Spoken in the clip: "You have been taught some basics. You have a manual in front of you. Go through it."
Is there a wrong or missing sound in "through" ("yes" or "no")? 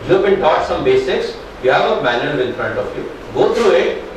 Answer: yes